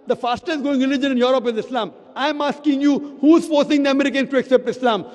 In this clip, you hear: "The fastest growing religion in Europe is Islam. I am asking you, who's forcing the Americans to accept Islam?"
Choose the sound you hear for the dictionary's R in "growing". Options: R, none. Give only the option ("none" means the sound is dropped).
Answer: none